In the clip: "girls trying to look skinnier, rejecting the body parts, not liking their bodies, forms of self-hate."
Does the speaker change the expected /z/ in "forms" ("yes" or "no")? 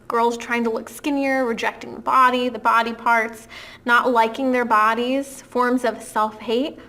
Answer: no